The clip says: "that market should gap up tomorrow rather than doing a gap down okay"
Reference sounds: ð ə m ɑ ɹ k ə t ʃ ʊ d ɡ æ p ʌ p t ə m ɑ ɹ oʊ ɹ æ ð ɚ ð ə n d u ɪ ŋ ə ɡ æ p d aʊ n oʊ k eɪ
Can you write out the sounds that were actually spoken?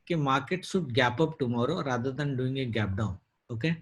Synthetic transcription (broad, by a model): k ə m ɑ ɹ k ə t s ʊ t ɡ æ p ʌ p t ə m ɑ ɹ oʊ ɹ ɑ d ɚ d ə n d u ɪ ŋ ə ɡ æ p d aʊ n oʊ k eɪ